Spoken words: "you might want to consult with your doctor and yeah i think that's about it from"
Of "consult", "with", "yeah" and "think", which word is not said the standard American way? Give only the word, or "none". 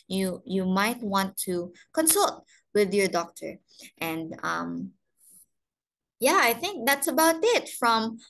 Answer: none